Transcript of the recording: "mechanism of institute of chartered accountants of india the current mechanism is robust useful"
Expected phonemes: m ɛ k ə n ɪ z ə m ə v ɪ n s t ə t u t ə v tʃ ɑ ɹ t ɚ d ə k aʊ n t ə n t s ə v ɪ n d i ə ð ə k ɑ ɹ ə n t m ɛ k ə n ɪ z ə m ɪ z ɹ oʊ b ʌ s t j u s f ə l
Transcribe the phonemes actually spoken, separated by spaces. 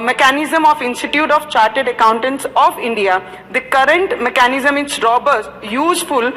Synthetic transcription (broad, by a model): m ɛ k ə n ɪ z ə m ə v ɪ n s t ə t u t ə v tʃ ɑ ɹ t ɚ d ə k aʊ n t ə n t s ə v ɪ n d i ə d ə k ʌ ɹ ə n t m ɛ k ə n ɪ z ə m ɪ s ɹ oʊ b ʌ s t j u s f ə l